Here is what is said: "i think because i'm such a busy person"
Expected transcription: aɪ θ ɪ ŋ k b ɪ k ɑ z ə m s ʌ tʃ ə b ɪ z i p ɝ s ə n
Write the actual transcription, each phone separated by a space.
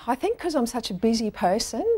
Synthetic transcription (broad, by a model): aɪ θ ɪ ŋ k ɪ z ɑ ə m s ʌ tʃ ə b ɪ z i p ɝ s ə n